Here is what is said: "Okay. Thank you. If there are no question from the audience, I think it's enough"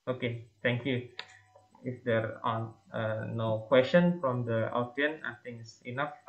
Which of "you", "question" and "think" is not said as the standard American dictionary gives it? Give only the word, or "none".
think